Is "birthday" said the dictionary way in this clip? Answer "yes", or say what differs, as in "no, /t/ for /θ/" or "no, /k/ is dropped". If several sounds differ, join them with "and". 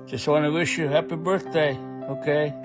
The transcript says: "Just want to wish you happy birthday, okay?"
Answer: yes